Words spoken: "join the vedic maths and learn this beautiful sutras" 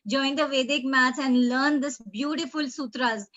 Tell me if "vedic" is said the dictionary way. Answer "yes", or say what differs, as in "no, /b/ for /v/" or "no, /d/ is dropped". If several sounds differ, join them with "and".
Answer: yes